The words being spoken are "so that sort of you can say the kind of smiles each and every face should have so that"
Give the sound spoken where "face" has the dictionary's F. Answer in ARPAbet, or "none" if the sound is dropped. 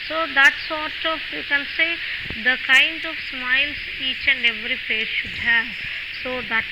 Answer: P